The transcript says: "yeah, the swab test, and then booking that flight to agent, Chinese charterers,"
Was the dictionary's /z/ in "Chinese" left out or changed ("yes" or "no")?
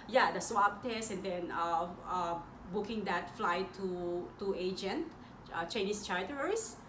yes